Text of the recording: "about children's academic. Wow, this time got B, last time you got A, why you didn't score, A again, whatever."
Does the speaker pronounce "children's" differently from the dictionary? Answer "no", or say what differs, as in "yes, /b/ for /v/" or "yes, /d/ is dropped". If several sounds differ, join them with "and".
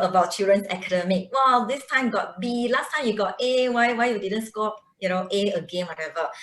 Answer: yes, /l/ is dropped and /s/ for /z/